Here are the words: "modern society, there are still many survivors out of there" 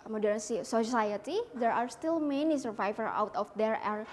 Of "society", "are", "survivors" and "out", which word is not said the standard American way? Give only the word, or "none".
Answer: survivors